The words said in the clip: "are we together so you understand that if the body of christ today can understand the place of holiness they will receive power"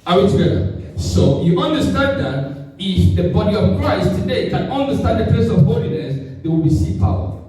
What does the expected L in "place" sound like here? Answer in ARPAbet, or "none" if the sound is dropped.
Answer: none